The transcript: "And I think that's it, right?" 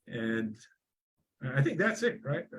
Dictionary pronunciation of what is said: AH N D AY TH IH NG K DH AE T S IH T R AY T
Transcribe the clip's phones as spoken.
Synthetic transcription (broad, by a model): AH N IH AY TH IH NG K DH AE T S IH T R AY T